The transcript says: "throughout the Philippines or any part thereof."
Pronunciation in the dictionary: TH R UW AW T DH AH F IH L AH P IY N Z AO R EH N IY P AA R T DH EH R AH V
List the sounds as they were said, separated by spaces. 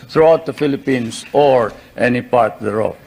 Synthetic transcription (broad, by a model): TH R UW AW T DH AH F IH L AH P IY N S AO R EH N IY P AA R T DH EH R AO